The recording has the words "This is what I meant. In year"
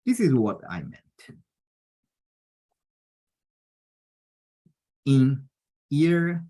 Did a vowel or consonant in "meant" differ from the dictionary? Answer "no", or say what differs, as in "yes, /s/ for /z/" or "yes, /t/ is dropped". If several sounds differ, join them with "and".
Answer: no